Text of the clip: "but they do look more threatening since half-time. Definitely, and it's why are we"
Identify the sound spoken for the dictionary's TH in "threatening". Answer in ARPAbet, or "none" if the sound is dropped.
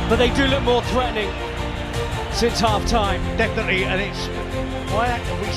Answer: TH